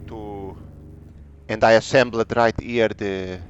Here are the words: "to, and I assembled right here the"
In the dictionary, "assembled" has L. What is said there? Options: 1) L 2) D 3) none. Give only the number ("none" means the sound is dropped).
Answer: 3